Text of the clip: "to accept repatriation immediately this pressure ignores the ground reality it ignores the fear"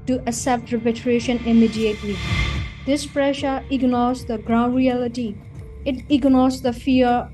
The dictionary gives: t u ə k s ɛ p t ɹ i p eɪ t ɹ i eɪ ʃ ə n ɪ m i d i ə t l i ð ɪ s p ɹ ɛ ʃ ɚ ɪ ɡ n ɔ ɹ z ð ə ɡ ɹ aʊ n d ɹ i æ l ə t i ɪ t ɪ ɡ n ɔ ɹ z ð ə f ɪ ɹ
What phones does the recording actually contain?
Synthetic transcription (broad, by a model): t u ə s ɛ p t ɹ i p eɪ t ɹ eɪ ʃ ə n ɪ m i d i ə t l i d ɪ s p ɹ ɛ ʃ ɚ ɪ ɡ n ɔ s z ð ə ɡ ɹ aʊ n d ɹ i æ l ə t i ɪ t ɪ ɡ n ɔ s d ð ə f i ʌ